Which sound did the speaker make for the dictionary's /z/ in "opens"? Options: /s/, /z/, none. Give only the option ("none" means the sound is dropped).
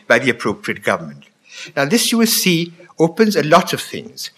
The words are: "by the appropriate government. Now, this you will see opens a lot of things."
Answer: /z/